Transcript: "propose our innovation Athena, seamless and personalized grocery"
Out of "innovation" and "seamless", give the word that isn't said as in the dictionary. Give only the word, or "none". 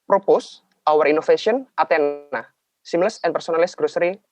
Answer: innovation